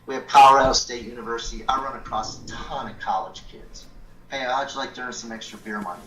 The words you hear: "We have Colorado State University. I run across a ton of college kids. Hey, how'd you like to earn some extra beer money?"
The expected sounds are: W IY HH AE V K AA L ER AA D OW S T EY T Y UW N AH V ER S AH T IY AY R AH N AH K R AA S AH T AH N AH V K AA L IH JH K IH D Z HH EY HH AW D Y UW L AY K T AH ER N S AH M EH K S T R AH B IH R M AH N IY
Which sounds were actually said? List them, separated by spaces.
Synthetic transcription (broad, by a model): W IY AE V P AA UH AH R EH S T EY T Y UW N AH V ER S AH T IY AY R AH N AH K R AA S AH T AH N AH K AA L IH JH K IH D Z HH EY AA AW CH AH L AY K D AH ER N S AH M EH K S T R AH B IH R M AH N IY